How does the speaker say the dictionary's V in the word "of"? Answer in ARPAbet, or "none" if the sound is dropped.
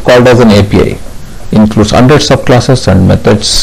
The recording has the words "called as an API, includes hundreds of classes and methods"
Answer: B